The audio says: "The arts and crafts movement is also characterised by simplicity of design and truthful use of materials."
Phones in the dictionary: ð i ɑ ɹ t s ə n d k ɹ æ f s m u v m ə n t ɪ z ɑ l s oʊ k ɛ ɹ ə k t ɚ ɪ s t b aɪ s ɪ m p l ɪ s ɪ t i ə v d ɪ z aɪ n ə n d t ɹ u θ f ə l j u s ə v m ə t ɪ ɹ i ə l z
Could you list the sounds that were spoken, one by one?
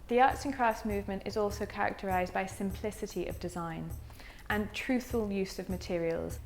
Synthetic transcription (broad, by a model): ð i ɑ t s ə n k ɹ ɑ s m u v m ə n t ɪ z ɑ l s oʊ k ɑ ɹ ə k t ɚ ɪ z b aɪ s ɪ m p l ɪ s ɪ t i ə v d ɪ z aɪ n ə n t ɹ u θ f ə l j u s ə v m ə t ɪ ɹ i ə l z